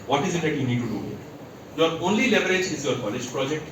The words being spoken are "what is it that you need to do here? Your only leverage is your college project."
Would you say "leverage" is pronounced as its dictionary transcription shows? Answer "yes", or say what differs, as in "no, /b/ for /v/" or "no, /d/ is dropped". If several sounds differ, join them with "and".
no, /b/ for /v/